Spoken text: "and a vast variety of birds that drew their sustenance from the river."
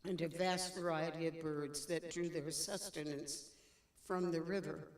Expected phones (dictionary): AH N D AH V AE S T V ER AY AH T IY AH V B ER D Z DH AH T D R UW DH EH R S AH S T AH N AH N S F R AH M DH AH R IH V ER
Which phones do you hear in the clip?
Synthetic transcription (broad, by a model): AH N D AH V AE S T V ER AY AH T IY AH V B ER D Z DH AH T D R UW DH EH R S AH S T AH N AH N S F R AH M DH AH R IH V ER